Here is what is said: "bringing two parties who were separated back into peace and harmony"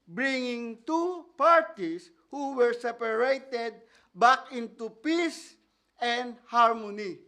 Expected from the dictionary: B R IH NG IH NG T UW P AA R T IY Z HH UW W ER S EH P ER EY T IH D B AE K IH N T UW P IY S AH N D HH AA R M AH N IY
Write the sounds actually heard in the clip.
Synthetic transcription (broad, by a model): B R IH NG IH NG T UW P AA R T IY S HH UW W ER S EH P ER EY T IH D B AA K IH N T UW P IY S AH N D HH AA R M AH N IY